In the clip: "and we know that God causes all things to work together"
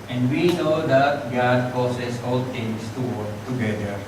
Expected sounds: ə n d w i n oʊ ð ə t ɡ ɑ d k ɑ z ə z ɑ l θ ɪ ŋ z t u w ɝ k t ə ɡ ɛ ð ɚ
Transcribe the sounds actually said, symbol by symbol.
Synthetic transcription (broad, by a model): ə n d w i n oʊ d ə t ɡ ɑ d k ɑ s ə s ɑ l t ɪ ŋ s t u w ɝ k t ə ɡ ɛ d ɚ